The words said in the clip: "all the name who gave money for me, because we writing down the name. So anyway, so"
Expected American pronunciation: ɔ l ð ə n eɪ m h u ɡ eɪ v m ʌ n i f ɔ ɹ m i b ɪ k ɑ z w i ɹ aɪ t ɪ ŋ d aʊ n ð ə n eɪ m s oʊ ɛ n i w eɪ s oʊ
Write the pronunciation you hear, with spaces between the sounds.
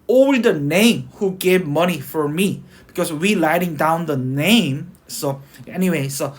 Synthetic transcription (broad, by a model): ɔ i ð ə n eɪ m h u ɡ eɪ v m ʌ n i f ɔ ɹ m i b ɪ k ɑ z w i l aɪ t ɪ ŋ d aʊ n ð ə n eɪ m s oʊ ɛ n i w eɪ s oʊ